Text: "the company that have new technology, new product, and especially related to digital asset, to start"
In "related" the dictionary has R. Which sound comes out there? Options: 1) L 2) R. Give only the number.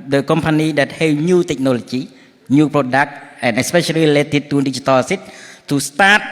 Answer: 1